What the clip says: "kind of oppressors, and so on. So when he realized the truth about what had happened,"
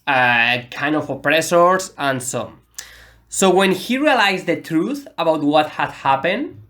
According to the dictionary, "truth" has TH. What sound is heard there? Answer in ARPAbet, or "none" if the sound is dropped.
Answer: TH